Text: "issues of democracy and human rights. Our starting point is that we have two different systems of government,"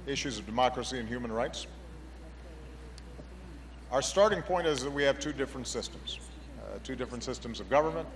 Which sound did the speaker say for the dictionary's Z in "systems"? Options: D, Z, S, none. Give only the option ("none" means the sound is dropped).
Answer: Z